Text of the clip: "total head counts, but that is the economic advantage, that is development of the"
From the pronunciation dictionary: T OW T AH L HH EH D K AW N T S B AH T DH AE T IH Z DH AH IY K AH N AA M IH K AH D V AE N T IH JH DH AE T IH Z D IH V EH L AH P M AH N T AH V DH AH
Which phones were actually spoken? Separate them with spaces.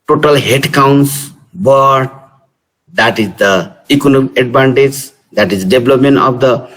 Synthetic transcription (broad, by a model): T OW T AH L HH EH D K AW N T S B AH T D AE T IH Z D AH IY K AH N AA M IH K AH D B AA N T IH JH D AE T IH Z D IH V L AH P M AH N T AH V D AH